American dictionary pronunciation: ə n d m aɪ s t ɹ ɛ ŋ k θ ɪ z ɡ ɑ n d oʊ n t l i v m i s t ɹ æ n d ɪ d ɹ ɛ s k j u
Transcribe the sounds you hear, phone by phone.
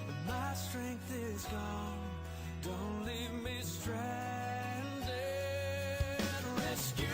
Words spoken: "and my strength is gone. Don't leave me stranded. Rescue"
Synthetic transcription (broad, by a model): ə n m aɪ s t ɹ ɛ ŋ k θ ɪ z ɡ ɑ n d oʊ n t l i v m i s t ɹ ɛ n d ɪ ɹ ɛ s k j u